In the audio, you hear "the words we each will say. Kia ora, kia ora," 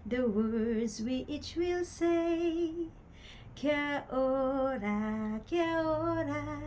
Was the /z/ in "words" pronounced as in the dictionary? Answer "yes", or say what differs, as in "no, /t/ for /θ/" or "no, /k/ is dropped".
yes